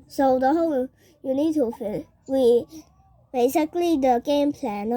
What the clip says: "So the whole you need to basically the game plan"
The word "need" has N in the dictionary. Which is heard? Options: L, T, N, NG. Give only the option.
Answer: N